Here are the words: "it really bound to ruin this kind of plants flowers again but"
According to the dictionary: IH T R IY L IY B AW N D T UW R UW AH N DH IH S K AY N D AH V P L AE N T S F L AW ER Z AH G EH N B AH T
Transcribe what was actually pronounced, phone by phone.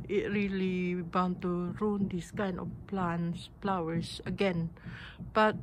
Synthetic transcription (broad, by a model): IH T R IY L IY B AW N T UW R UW N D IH S K AY N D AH F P L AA N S P L AW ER S AH G EH N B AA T